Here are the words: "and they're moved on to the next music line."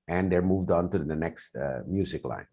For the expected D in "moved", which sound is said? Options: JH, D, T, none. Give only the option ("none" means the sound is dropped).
D